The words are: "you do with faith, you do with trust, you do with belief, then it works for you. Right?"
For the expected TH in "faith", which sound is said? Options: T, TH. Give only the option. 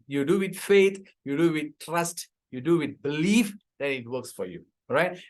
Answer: T